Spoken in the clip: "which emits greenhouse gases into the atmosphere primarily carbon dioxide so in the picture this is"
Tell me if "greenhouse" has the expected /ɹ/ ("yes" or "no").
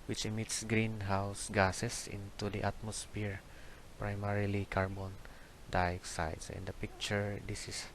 yes